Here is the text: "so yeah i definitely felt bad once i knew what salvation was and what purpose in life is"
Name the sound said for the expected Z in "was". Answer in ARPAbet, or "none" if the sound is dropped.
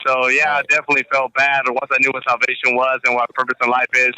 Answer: Z